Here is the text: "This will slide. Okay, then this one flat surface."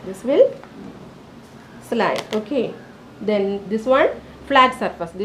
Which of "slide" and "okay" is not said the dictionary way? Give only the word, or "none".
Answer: none